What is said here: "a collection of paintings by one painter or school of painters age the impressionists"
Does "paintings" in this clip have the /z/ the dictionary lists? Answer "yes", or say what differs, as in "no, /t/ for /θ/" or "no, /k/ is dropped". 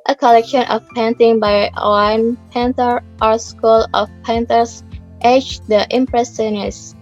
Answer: no, /z/ is dropped